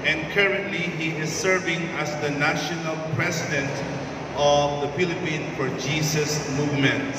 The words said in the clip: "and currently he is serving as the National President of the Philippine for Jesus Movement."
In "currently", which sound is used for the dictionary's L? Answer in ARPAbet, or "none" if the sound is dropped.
L